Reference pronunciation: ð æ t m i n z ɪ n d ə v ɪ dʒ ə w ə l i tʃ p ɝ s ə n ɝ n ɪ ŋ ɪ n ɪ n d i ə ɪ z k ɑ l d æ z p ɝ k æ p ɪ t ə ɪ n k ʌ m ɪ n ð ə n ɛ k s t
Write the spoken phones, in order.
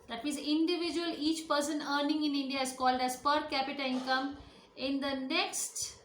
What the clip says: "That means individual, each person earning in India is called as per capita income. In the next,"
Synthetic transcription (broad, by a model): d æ t m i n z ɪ n d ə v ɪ dʒ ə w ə l i tʃ p ɝ s ə n ɝ n ɪ ŋ ɪ n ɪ n d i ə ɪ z k ɑ l d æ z p ɝ k æ p ɪ t ə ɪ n k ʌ m ɪ n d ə n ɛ k s t